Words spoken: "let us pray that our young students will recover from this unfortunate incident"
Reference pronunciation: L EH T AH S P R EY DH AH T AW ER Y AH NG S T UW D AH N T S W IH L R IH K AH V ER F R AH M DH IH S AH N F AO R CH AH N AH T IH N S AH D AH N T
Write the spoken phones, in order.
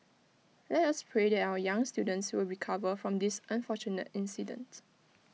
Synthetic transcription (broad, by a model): L EH T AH S P R EY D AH T AW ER Y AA NG S T UW D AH N T S W IH L R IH K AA V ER F R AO M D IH S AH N F AO CH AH N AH T IH N S AH D AH N T